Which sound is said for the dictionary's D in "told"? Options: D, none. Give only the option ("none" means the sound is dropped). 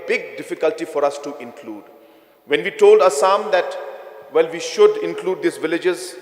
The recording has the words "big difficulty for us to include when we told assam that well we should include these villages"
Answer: D